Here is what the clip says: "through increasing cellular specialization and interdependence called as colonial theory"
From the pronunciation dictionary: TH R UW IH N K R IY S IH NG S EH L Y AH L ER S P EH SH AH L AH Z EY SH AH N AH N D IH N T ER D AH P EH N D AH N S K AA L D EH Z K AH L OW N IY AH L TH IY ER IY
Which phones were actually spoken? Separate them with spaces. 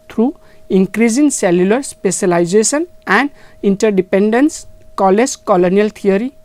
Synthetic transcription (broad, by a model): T R UW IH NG K R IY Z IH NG S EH L Y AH L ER S P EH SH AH L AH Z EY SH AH N AH N D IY N T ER D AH P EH N D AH N S K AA L EH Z K AH L OW N IY AH L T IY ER IY